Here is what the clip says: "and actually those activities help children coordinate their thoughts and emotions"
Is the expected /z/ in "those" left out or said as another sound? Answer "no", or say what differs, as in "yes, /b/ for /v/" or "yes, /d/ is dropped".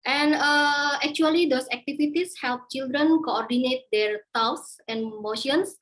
yes, /s/ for /z/